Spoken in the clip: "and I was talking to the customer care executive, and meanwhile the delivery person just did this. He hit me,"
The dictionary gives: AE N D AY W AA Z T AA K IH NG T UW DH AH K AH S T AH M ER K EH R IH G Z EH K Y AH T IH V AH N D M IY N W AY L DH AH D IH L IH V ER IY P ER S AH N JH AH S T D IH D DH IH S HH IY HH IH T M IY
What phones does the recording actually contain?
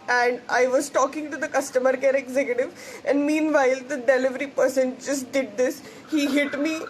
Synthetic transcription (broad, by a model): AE N D AY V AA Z T AA K IH NG T UW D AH K AH S T AH M ER K EH R IH G Z EH K Y AH T IH V AH N D M IY N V AY L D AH D IH L IH V ER IY P ER S AH N JH AH S T D IH D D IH S HH IY HH IH T M IY